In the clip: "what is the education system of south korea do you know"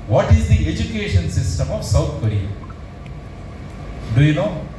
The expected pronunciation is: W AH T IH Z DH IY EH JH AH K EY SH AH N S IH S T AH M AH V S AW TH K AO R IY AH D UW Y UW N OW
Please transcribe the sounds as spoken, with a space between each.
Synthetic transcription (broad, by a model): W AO T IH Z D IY EH JH AH K EY SH AH N S IH S T AH M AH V S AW T K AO R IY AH D UW Y UW N OW